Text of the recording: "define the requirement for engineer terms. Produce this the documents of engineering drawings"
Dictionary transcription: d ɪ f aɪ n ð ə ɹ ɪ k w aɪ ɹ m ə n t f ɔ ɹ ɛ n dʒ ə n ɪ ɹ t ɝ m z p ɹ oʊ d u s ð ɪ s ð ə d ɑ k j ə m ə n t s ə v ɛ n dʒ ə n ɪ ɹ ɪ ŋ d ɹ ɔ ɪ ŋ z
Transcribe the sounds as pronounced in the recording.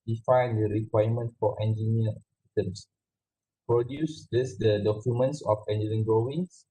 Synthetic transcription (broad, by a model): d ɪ f aɪ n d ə ɹ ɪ k w aɪ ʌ m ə n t f ɔ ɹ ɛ n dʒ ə n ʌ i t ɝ m s p ɹ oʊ d u s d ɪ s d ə d ɑ k j ə m ə n t s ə f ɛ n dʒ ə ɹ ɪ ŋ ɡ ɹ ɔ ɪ ŋ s